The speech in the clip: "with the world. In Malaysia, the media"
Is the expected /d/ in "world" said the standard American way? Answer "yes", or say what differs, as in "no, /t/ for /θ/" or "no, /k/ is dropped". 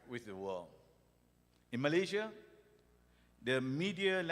no, /d/ is dropped